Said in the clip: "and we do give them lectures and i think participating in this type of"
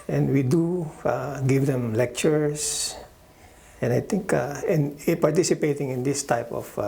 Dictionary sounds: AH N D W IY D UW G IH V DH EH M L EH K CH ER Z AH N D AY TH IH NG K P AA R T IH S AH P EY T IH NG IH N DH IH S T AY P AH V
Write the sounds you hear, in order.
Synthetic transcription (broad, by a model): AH N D W IY D UW G IH V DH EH M L EH K CH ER S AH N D AY T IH NG K P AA R T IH S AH P EY T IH NG IH N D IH S T AY P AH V